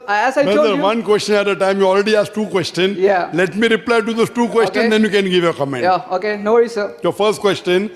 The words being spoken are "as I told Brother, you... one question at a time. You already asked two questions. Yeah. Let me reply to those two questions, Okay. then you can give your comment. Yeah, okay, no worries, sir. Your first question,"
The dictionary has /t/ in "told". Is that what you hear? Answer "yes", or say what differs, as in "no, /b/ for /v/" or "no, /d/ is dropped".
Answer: no, /s/ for /t/